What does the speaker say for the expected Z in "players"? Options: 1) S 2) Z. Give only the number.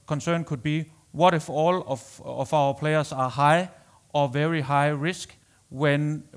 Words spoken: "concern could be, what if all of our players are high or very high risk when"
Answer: 1